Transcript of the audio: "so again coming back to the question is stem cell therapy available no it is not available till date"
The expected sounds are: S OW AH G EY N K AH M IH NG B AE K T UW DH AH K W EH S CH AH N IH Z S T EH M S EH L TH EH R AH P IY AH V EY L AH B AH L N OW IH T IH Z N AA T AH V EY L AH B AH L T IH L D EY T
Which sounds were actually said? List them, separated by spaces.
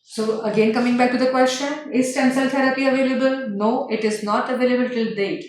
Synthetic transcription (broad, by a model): S OW AH G EY N K AH M IH NG B AE K T UW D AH K W EH S CH AH N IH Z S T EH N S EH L T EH R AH P IY AH V EY L AH B AH L N OW IH T IH Z N AA T AH V EY L AH B AH L T IH L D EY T